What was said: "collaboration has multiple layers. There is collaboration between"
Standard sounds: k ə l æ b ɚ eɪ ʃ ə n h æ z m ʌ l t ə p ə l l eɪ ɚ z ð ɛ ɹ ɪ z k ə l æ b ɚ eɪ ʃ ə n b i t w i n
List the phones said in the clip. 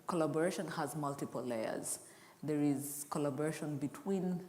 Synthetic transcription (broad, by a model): k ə l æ b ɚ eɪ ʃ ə n h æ z m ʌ l t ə p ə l l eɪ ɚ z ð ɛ ɹ ɪ z k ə l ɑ b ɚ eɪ ʃ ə n b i t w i n